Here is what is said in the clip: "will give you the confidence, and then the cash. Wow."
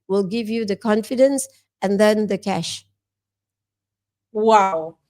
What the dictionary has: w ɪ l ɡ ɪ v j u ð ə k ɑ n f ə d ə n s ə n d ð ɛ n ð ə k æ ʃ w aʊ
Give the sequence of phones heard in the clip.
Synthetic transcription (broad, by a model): w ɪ l ɡ ɪ v j u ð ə k ɑ n f ə d ə n s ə n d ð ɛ n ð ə k æ ʃ w aʊ